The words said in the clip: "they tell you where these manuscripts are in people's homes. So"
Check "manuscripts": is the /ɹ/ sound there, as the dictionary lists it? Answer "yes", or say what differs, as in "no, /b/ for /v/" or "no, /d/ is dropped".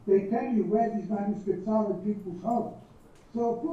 no, /ɹ/ is dropped